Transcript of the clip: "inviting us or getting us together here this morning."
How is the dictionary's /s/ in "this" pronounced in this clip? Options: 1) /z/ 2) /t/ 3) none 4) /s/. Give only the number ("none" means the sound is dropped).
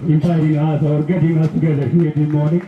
3